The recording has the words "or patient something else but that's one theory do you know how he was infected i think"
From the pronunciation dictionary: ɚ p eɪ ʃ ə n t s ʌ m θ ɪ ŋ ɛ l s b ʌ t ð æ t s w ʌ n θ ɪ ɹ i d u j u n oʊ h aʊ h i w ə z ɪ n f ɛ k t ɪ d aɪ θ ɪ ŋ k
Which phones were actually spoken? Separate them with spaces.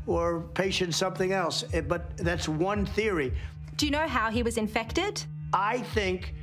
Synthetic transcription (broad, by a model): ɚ p eɪ ʃ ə n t s ʌ m θ ɪ ŋ ɛ l s b ʌ t ð æ t s w ʌ n θ ɪ ɹ i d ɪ j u n oʊ h aʊ i w ə z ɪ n f ɛ k t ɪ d aɪ θ ɪ ŋ k